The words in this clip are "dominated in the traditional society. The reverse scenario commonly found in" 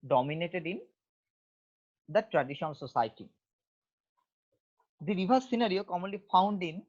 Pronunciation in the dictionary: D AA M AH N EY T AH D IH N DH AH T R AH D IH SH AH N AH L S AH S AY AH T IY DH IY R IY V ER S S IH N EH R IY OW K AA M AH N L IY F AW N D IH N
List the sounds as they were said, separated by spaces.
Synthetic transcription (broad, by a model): D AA M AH N EY T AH D IH N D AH T R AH D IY SH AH N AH L S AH S AY T IY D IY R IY B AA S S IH N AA R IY OW K AA M AH N L IY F AW N D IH N